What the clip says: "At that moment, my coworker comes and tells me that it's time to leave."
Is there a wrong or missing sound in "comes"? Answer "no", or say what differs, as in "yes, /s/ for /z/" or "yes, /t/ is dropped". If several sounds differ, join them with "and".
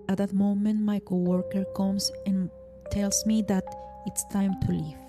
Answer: yes, /s/ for /z/